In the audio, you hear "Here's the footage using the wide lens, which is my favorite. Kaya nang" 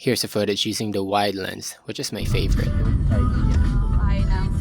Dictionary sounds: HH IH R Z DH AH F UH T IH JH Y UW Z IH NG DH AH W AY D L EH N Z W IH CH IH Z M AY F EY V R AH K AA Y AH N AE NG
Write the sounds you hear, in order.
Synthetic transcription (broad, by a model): HH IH R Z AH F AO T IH Z Y UW Z IH NG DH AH W AY D L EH N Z W IH CH IH Z M AY F EY V AH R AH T